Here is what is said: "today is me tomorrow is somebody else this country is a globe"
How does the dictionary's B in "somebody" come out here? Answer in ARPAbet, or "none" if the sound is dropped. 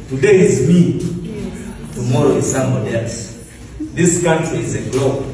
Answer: none